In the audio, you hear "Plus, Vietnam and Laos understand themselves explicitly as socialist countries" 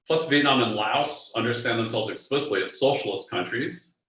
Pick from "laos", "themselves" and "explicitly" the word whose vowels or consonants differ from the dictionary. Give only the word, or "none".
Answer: none